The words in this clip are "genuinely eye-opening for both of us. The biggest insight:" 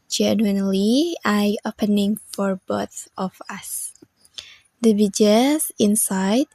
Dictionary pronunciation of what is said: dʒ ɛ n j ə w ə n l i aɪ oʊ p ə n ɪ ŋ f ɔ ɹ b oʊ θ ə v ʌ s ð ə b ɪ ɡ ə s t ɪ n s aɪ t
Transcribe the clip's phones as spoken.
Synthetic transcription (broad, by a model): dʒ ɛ n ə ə n l i aɪ oʊ p ə n ɪ ŋ f ɔ ɹ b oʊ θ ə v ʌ s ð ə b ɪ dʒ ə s ɪ n s aɪ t